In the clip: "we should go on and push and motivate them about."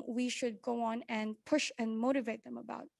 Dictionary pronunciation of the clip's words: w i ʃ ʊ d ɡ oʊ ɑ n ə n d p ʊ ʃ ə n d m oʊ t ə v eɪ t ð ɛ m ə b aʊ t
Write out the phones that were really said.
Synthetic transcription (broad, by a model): w i ʃ ʊ d ɡ oʊ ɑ n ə n p ʊ ʃ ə n m oʊ t ə v eɪ t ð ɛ m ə b aʊ t